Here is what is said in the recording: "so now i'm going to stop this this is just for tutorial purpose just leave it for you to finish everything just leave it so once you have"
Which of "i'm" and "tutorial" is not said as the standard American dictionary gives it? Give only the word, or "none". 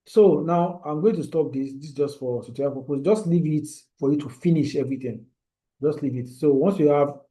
tutorial